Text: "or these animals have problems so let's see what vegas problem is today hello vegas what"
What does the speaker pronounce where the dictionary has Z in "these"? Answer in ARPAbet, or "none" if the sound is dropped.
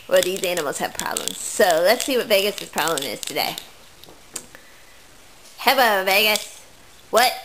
Z